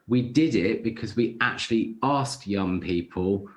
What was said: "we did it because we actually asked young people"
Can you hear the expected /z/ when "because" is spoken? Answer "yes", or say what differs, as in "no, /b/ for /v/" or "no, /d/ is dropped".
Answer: yes